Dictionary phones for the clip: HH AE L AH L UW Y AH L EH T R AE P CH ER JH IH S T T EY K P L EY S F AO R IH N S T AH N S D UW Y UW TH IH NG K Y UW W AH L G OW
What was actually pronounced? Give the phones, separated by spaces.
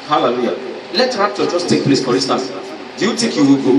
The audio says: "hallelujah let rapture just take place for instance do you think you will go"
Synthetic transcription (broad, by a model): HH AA L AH L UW Y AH L EH T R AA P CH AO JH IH S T T EY K P L EY S F AO R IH S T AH S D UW Y UW T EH K Y UW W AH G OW